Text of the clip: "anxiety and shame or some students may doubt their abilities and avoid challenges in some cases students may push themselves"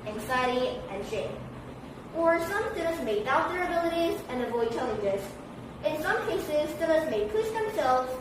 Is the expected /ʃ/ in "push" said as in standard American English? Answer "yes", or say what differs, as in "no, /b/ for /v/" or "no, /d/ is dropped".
no, /s/ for /ʃ/